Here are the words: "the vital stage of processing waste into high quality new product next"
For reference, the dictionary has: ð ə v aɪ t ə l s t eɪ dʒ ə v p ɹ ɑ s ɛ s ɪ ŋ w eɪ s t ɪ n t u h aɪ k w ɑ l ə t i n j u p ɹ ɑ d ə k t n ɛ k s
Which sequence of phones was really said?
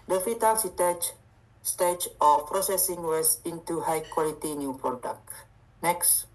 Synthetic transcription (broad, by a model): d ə f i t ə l s t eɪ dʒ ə f p ɹ ɑ s ɛ s ɪ ŋ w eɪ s ɪ n t u h aɪ k w ɑ l ə t i n j u p ɹ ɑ d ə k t n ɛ k s